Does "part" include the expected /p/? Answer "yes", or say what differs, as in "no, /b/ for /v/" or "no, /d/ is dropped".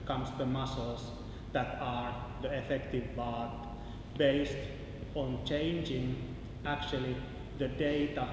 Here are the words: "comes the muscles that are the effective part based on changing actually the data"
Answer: no, /b/ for /p/